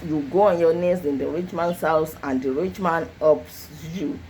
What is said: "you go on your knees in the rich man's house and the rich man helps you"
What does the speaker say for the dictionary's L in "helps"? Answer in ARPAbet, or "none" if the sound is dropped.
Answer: none